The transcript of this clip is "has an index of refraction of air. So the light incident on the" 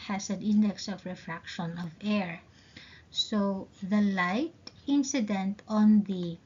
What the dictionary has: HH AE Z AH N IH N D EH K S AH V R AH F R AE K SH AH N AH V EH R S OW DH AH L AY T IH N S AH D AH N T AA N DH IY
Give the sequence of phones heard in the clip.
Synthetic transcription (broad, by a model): HH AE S AH N IH N D EH K S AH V R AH F R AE K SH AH N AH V EH R S OW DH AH L AY T IH N S AH D AH N T AA N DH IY